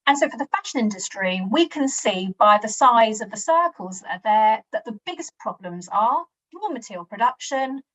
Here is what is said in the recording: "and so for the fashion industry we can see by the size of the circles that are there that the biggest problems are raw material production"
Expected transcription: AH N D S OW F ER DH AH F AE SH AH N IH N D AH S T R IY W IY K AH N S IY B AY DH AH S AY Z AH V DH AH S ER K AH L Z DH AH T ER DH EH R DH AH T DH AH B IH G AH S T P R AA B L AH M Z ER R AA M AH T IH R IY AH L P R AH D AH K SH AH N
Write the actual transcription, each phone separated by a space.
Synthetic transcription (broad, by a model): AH N S OW F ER DH AH F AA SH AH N IH N D AH S T R IY W IY K AH N S IY B AY DH AH S AY Z AH V DH AH S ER K AH L Z DH AH T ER DH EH DH AH T DH AH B IH G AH S P R AA B L AH M Z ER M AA M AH T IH R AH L P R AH D AH K SH AH N